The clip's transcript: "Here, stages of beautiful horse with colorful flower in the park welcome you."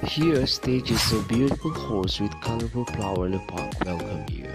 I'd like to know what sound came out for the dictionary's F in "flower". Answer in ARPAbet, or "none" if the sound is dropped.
P